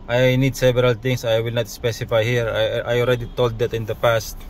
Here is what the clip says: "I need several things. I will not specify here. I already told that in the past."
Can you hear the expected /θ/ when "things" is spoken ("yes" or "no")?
no